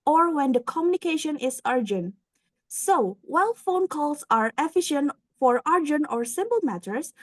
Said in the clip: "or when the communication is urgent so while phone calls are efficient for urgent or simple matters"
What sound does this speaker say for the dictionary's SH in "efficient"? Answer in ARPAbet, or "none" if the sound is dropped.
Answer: SH